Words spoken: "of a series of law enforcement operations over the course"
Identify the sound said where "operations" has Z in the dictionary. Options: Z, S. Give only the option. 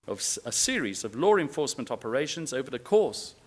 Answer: Z